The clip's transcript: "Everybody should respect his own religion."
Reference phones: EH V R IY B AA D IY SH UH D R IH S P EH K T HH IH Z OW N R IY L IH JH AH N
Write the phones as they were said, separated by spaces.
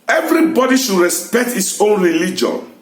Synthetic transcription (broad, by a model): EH V R IY B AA D IY SH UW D R IH S P EH K T HH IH S OW N R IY L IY JH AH N